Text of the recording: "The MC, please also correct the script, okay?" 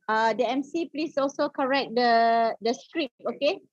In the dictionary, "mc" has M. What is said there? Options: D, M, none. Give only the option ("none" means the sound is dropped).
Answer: M